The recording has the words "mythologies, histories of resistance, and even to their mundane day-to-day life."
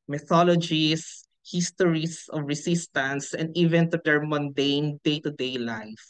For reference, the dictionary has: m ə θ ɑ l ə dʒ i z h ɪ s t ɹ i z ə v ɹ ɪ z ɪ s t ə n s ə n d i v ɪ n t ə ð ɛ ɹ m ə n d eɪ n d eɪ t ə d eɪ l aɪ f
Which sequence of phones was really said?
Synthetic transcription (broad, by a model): m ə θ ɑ l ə dʒ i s h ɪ s t ɹ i s ə v ɹ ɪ s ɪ s t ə n s ə n d i v ɪ n t ə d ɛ ɹ m ə n d eɪ n d eɪ t ə d eɪ l aɪ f